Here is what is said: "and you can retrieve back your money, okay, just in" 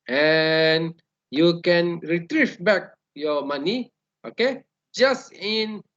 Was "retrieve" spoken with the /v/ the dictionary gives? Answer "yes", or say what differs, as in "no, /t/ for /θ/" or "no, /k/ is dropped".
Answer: no, /f/ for /v/